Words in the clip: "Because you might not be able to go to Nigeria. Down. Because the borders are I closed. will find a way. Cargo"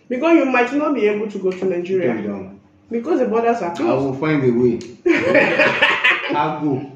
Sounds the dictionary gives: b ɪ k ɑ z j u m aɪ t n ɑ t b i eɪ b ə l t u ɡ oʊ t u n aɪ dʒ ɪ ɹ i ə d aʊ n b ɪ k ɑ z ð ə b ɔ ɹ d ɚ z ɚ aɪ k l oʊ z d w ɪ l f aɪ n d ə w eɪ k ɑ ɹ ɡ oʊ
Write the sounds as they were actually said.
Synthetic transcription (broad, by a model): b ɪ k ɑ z j u m aɪ t n ɑ t b i eɪ b ə l t u ɡ oʊ t u n aɪ dʒ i ɹ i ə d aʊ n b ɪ k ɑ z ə b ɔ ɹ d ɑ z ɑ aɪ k ɑ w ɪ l f aɪ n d ə w eɪ ɑ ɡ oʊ